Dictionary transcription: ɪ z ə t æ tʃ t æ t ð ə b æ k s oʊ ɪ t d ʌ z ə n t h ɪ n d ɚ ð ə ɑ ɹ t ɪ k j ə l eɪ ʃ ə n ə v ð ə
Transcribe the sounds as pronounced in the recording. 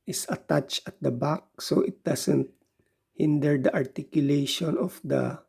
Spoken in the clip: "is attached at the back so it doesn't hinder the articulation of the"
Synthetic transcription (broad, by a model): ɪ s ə t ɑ tʃ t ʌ t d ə b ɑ k s oʊ ɪ t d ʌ s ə n t h ɪ n d ɚ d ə ɑ ɹ t ɪ k j ə l eɪ ʃ ə n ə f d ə